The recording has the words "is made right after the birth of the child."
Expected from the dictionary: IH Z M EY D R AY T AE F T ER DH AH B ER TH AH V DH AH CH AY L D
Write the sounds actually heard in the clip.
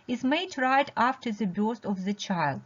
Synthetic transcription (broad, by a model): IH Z M EY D R AY T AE F T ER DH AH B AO S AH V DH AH CH AY L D